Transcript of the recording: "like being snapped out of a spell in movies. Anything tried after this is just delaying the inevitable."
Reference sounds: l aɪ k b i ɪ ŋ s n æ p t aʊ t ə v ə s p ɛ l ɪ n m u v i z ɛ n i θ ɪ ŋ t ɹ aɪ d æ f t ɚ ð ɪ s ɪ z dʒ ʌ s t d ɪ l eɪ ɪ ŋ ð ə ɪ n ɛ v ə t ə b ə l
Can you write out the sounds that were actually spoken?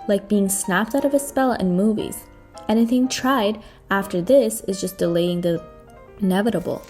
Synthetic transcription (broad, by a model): l aɪ k b i ɪ ŋ s n æ p t aʊ t ə v ə s p ɛ l ɪ n m u v i z ɛ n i θ ɪ ŋ t ɹ aɪ d æ f t ɚ ð ɪ s ɪ z dʒ ʌ s d ɪ l eɪ ɪ ŋ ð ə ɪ n ɛ v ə t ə b l